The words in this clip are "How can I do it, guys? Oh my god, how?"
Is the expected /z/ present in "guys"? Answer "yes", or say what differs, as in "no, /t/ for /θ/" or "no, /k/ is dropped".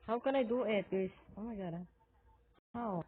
no, /s/ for /z/